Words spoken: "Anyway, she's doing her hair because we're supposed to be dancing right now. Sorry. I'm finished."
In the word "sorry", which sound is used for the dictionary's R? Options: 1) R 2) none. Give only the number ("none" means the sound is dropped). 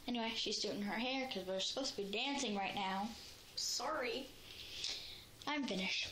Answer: 1